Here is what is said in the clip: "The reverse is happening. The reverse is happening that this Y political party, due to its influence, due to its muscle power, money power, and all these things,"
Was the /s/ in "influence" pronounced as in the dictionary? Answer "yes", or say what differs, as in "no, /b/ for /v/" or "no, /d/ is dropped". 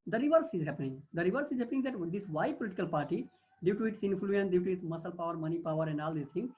no, /s/ is dropped